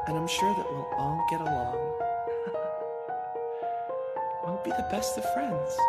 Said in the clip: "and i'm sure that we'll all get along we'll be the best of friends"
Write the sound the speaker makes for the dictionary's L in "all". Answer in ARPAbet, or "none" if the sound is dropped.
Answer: N